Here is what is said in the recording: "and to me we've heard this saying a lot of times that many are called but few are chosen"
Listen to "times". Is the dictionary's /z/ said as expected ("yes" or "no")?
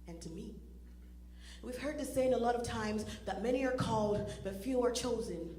yes